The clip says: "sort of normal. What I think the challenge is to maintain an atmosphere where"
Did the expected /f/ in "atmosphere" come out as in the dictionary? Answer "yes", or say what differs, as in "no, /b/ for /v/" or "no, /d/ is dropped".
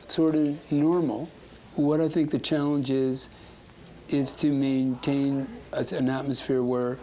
yes